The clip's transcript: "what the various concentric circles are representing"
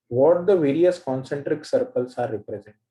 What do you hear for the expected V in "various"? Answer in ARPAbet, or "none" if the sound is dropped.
V